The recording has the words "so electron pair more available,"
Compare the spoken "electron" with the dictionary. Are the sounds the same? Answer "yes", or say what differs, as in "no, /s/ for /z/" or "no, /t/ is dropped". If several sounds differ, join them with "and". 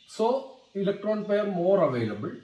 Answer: yes